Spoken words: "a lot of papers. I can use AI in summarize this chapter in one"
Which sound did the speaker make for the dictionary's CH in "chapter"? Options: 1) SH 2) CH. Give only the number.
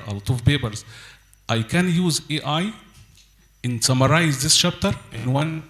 1